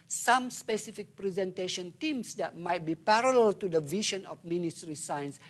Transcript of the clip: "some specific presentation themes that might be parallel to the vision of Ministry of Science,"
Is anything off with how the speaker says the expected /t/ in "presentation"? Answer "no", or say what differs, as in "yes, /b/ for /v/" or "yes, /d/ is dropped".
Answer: no